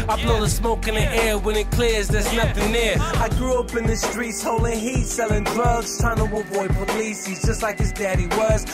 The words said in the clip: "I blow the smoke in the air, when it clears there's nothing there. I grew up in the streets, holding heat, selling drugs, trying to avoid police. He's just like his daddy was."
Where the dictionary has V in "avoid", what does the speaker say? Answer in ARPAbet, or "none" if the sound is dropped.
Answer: B